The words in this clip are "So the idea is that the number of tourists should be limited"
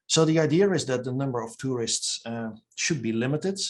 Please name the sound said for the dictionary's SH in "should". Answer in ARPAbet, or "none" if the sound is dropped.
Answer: SH